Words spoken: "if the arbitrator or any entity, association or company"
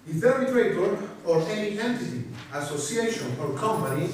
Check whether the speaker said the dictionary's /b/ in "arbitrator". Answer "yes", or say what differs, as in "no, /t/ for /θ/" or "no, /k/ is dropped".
no, /b/ is dropped